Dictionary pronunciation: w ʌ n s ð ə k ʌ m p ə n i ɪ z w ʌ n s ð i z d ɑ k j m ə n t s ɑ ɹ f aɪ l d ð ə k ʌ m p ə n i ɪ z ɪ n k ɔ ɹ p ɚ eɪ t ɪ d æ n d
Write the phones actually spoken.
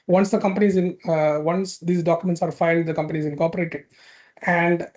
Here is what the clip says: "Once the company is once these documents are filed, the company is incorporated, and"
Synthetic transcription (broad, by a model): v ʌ n s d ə k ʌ m p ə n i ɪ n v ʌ n s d i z d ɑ k j ə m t s ɑ ɹ f aɪ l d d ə k ʌ m p ə n i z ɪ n k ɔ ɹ p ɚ eɪ t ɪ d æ n d